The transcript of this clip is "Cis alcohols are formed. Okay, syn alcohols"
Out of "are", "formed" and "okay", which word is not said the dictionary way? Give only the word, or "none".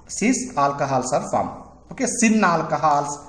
formed